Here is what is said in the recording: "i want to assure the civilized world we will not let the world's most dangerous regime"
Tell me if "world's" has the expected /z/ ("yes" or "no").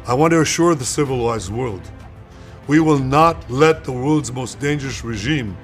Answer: yes